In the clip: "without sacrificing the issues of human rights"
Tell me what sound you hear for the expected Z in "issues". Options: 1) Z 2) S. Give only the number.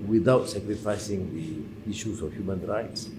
2